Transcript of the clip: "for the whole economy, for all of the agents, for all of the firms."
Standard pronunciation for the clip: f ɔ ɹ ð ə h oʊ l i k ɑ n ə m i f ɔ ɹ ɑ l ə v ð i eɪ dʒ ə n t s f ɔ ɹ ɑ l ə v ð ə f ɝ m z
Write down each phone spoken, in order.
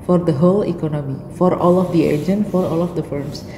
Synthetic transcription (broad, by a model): f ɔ ɹ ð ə h oʊ l i k ɑ n ə m i f ɔ ɹ ɑ l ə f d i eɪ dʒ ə n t f ɔ ɹ ɑ l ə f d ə f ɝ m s